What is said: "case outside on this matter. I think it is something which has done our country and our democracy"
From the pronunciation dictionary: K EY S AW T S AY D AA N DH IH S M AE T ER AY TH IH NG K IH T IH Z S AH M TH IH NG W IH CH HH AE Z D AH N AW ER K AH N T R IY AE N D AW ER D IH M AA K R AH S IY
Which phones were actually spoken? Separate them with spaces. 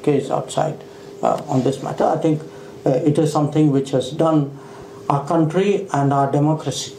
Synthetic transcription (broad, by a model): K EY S AW T S AY D AA N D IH S M AE T ER AY T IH NG K IH T IH Z S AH M T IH NG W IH CH HH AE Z D AH N AW ER K AH N T R IY AE N D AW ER D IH M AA K R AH S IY